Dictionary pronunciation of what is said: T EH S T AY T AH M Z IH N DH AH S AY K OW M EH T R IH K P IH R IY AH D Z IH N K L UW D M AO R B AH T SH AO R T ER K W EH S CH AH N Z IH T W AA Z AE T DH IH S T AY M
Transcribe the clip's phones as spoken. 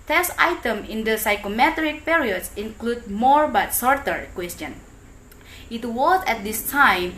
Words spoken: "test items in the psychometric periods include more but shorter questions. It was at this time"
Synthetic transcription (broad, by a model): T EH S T AY T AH M IH N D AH S AY K OW M EH T R IH K P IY R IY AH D S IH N K L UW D M AO R B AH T S AO R T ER K W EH S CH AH N IH T W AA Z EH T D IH S T AY M